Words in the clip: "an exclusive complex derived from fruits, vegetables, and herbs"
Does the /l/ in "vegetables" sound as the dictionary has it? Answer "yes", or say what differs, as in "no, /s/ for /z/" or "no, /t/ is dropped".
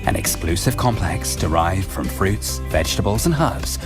yes